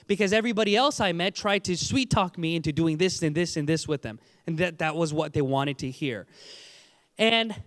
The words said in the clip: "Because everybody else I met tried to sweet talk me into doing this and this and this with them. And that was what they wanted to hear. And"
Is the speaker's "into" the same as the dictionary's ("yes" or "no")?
yes